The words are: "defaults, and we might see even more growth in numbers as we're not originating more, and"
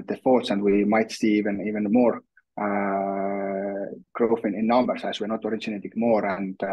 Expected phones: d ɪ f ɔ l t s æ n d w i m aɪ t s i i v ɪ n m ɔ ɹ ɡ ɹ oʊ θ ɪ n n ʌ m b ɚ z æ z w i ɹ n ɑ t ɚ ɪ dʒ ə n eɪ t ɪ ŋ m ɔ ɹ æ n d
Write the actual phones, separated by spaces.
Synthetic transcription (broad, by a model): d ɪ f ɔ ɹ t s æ n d w i m aɪ t s i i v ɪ n m ɔ ɹ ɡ ɹ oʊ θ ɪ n n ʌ m b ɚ s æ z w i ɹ n ɑ t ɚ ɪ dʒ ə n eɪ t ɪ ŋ m ɔ ɹ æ n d